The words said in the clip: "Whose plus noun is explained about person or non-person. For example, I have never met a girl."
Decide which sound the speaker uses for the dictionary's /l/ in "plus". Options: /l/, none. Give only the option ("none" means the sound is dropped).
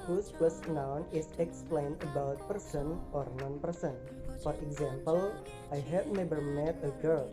/l/